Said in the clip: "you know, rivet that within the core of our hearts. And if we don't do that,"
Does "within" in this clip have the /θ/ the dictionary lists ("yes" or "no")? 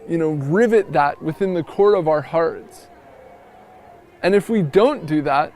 yes